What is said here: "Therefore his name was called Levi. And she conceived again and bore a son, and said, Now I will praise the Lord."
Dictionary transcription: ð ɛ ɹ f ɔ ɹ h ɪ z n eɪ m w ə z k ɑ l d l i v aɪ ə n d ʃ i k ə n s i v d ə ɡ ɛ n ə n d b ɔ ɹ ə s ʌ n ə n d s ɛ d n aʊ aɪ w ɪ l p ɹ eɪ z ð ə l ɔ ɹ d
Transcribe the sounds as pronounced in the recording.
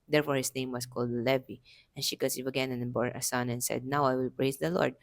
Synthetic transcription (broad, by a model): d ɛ ɹ f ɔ ɹ h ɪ s n eɪ m w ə s k ɑ l d l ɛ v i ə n ʃ i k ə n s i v ə ɡ ɛ n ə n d b ɔ ɹ ə s ʌ n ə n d s ɛ d n aʊ aɪ w ɪ l p ɹ eɪ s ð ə l ɔ ɹ d